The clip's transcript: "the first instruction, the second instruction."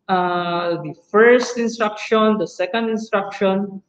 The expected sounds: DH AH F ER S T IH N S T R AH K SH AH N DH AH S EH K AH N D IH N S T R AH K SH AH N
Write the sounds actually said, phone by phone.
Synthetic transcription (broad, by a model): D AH F ER S T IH N S T R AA K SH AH N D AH S EH K AH N D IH N S T R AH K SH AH N